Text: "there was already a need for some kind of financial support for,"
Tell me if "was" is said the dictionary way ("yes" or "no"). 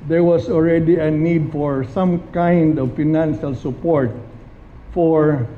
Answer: no